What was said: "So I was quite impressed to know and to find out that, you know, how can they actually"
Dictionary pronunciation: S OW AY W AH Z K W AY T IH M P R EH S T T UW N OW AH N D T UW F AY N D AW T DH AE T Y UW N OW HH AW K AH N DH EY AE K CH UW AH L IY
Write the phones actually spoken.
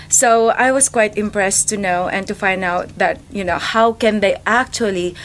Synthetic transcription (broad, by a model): S OW AY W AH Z K W AY T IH M P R EH S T T UW N OW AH N T UW F AY N D AW T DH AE T Y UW N OW HH AW K AH N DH EY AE K CH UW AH L IY